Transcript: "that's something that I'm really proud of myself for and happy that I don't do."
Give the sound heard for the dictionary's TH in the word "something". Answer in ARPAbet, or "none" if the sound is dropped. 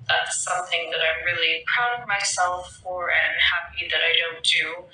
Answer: TH